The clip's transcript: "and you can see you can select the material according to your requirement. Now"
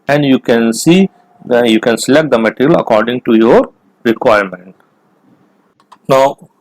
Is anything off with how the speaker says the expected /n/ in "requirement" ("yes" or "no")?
no